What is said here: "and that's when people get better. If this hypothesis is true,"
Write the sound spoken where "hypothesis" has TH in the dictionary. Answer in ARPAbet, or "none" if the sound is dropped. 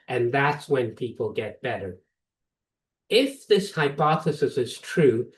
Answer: TH